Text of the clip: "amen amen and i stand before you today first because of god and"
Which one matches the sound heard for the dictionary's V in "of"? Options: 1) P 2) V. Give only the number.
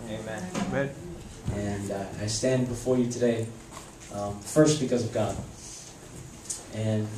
2